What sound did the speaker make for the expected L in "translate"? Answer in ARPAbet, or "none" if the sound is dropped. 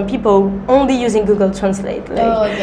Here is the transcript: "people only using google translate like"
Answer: L